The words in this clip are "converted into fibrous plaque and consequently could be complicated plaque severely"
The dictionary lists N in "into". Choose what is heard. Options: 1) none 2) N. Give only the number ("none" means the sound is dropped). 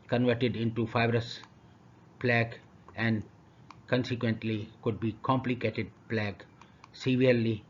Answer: 2